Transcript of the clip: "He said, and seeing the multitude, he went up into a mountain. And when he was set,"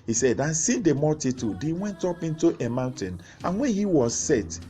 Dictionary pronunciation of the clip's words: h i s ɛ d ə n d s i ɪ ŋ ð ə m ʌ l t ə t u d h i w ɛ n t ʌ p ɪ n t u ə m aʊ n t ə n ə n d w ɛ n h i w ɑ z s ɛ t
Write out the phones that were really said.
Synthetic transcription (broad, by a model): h i s ɛ d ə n s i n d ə m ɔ t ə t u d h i w ɛ n t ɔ p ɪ n t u ə m aʊ n t ə n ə n w ɛ n h i w ɑ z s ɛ t